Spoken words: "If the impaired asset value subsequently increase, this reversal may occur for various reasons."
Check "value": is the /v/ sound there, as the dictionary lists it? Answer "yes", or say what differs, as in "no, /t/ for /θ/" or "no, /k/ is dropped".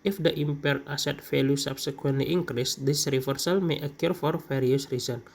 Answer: no, /f/ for /v/